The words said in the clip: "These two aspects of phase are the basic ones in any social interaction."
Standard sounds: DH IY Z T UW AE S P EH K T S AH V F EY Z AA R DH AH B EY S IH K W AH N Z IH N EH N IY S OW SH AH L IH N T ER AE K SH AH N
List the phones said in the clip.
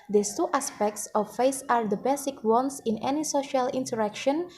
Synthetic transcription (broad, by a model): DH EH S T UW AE S P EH K T S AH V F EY S AA R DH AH B EY S IH K W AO N S IH N EH N IY S OW SH AH L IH N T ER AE K SH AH N